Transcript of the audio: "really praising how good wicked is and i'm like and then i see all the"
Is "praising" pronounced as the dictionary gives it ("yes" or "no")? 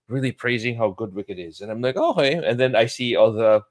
yes